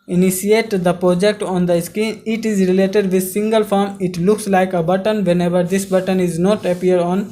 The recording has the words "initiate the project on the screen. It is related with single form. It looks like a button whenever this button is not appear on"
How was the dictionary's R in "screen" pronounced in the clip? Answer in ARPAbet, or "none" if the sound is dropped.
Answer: none